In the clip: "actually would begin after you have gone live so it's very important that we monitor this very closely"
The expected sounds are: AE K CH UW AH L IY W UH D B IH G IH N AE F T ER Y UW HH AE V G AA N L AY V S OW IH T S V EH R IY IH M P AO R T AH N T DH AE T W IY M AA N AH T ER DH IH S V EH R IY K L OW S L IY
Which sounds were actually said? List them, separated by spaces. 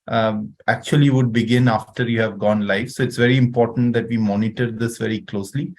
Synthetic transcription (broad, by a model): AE K CH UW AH L IY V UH D B IH G IH N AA F T ER Y UW HH AE V G AA N L AY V S OW IH T S V EH R IY IH M P AO R T AH N T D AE T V IY M AA N AH T ER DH IH S V EH R IY K L OW S L IY